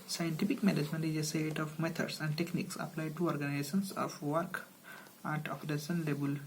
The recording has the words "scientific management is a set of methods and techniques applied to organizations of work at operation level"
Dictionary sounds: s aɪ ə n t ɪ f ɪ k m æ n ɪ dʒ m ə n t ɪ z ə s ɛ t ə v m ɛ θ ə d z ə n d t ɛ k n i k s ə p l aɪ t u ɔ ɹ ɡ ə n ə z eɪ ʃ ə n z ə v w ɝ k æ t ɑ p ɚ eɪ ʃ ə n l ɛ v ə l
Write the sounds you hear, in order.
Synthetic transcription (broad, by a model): s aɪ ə n t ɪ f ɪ k m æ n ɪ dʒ m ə n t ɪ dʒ ə s ɛ t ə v m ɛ t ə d s ə n d t ɛ k n i k s ə p l aɪ t u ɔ ɹ ɡ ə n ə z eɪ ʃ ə n s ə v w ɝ k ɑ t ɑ f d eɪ s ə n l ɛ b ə l